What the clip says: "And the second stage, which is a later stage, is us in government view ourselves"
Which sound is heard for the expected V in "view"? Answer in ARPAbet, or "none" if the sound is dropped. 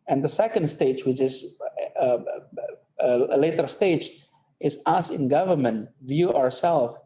V